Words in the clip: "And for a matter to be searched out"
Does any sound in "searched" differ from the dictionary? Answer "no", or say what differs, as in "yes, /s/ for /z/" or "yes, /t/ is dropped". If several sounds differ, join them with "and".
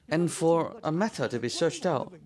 no